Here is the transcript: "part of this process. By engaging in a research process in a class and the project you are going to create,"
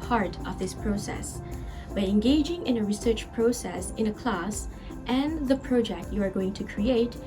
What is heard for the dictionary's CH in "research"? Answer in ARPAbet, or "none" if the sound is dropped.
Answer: CH